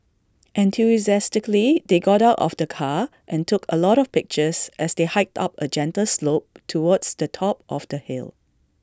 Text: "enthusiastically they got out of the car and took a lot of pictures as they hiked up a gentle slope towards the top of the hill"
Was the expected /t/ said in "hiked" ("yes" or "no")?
yes